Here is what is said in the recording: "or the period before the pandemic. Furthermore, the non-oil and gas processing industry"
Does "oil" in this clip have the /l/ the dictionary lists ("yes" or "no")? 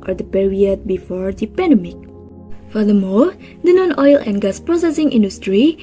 yes